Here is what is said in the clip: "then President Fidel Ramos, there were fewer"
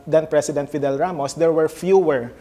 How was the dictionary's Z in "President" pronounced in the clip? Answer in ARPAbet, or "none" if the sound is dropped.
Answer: S